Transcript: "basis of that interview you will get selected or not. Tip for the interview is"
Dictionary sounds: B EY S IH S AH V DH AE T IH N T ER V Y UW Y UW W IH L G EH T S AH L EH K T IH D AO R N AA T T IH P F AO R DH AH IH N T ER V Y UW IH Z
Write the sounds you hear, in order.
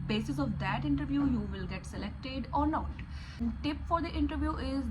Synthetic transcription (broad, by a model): B EY S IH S AH V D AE T IH N T ER V Y UW Y UW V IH L G EH T S AH L EH K T IH D AO R N AA T T IH P F AO R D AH IH N T ER V Y UW IH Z